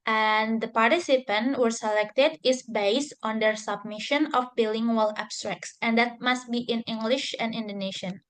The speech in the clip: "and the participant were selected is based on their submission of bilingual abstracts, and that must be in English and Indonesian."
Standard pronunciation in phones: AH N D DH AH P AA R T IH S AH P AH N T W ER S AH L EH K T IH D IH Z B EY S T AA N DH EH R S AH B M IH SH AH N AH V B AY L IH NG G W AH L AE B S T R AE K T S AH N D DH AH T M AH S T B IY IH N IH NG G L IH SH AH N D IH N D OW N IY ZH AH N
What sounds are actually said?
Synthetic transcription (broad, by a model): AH N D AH P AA R T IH S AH P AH N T W ER S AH L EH K T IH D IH S B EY S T AA N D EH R S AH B M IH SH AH N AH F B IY L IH NG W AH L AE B S T R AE K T S AH N D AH T M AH S T B IY IH N IH NG G L IH SH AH N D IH N D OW N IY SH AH N